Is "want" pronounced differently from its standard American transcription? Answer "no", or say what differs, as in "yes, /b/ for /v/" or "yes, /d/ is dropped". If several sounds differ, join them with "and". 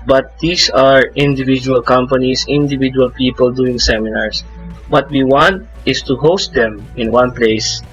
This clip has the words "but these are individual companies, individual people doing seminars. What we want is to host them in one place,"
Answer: no